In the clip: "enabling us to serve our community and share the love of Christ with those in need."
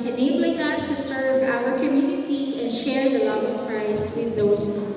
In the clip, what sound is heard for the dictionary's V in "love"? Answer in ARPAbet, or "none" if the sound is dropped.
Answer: V